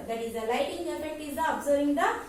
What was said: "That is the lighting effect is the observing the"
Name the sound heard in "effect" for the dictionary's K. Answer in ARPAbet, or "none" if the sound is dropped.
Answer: none